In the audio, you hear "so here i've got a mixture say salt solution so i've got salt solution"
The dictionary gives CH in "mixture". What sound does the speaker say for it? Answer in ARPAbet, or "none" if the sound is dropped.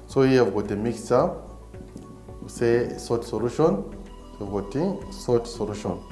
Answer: none